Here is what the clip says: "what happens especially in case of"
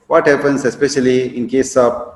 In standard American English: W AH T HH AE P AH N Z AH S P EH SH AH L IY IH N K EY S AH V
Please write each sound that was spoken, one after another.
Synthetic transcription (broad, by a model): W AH T HH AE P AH N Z AH S P EH SH AH L IY IH N K EY S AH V